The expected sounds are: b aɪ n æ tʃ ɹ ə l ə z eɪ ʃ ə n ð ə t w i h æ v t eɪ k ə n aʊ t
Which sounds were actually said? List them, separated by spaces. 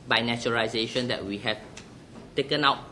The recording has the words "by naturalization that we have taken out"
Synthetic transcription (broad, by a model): b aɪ n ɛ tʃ ə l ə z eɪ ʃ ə n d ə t w i h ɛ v t eɪ k ə n aʊ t